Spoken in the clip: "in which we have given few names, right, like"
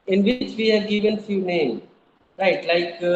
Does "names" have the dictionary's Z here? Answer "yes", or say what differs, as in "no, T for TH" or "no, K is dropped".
no, Z is dropped